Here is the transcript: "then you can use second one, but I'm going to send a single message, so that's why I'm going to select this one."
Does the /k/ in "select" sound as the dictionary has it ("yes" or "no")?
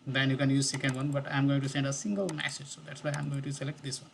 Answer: yes